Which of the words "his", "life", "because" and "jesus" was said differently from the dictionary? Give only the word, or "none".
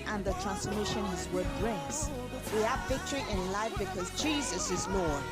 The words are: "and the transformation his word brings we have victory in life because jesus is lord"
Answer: none